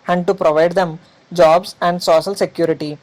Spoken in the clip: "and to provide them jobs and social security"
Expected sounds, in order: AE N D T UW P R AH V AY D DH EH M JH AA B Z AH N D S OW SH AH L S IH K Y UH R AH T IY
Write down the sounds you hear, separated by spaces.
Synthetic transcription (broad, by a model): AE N D T UW P R AH V AY D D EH M JH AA B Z AH N D S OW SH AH L S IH K Y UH R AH T IY